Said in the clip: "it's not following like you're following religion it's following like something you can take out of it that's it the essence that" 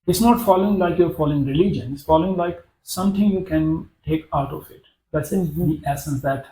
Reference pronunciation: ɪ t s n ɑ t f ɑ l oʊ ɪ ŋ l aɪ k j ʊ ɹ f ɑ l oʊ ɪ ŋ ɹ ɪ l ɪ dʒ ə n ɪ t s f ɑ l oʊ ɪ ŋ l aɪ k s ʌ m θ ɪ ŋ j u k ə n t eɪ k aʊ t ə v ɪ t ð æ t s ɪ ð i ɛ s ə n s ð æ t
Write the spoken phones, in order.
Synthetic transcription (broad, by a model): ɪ t s n ɑ t f ɑ l oʊ ɪ ŋ l aɪ k j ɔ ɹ f ɑ l oʊ ɪ ŋ ɹ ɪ l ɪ dʒ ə n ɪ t s f ɑ l oʊ ɪ ŋ l aɪ k s ʌ m t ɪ ŋ j u k ə n t eɪ k aʊ t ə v ɪ t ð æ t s ɪ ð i ɛ s ə n s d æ t